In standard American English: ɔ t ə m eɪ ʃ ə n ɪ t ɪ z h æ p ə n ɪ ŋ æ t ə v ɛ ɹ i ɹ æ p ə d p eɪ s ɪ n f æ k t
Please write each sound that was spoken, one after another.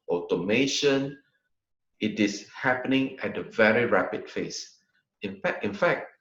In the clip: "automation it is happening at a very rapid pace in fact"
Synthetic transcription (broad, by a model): ɔ t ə m eɪ ʃ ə n ɪ t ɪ s h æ p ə n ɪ ŋ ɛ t ə v ɛ ɹ i ɹ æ p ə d f eɪ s ɪ n f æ k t